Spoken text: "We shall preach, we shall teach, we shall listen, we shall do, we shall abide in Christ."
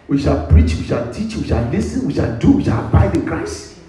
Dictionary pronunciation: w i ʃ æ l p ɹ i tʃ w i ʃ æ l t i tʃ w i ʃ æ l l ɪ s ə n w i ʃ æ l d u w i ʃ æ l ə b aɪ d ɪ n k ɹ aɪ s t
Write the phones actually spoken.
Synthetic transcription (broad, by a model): w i ʃ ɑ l p ɹ i tʃ w i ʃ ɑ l t i tʃ w i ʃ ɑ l l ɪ s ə n w i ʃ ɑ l d u w i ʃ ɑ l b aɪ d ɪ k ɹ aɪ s